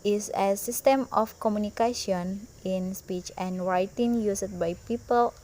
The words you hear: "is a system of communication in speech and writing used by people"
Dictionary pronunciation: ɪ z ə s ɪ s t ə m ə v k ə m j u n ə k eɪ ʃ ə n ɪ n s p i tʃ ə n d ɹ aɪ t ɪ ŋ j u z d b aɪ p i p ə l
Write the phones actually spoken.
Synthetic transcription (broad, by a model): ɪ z ə s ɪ s t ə m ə f k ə m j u n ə k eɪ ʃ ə n ɪ n s p i tʃ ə n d ɹ aɪ t ɪ ŋ j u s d b aɪ p i p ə l